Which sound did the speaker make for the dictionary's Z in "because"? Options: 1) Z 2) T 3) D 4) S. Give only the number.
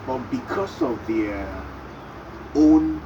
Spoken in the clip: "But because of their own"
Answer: 4